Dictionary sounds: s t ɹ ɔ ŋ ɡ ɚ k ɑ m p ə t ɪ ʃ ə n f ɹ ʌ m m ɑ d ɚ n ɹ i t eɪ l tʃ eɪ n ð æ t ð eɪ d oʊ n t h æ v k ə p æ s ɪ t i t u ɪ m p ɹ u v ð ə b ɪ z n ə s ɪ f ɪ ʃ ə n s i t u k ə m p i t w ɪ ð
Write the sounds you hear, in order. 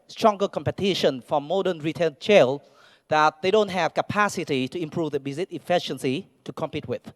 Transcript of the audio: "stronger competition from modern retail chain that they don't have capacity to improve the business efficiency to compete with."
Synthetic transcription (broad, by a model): s t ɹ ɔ ŋ ɡ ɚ k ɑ m p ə t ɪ ʃ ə n f ɹ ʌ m m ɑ d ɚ n ɹ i t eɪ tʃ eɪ l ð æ t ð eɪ d oʊ n t h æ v k ə p æ s ɪ t i t u ɪ m p ɹ u v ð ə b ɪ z ə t ɪ f ɪ ʃ ə n s i t u k ə m p i t w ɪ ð